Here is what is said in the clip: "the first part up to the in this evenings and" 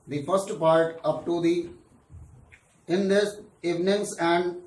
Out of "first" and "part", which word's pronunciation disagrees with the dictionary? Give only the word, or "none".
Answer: none